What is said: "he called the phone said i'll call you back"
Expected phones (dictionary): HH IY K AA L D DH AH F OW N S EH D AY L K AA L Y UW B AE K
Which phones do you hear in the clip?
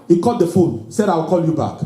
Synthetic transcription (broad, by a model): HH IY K AA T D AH F OW N S EH D AY W K AA L Y UW B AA K